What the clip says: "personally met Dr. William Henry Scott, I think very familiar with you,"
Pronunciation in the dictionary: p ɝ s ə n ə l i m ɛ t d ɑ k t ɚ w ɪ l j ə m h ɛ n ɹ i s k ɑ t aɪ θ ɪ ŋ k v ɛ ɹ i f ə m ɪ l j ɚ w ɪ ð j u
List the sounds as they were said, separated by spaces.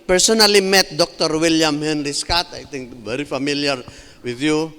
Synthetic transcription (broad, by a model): p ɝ s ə n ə l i m ɛ t d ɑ k t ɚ w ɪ l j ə m h ɛ n ɹ i s k ɑ t aɪ t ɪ ŋ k v ɛ ɹ i f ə m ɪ l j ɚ w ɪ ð j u